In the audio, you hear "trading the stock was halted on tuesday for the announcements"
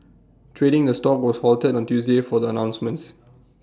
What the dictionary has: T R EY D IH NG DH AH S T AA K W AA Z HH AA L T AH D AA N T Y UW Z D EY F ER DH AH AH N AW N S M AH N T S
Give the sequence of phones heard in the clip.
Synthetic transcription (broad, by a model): T R EY D IH NG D AH S T AA K W AA S HH AA L T AH D AA N T Y UW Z D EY F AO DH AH AH N AW N S M AH N T S